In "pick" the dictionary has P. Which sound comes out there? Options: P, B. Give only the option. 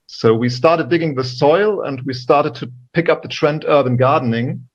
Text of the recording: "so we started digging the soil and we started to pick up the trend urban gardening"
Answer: P